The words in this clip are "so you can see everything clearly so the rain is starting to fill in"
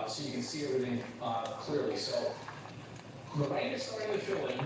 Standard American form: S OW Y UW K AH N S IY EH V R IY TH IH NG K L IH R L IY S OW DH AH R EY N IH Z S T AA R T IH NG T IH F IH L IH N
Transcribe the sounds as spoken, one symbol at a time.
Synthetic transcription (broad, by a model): S OW Y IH K AH N S IY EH R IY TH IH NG K L IH R L IY S OW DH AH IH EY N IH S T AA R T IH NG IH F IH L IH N